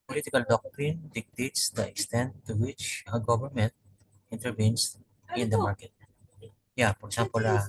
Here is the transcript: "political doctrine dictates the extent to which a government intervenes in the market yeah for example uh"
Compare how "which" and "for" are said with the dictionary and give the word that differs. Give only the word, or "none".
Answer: for